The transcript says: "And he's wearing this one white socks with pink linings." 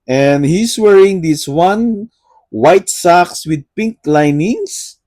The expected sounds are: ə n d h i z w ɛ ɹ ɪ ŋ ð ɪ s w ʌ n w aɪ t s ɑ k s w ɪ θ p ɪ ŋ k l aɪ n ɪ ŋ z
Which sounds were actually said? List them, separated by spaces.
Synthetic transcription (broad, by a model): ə n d h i s w ɛ ɹ ɪ ŋ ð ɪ s w ʌ n w aɪ t s ɑ k s w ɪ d p ɪ ŋ k l aɪ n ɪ ŋ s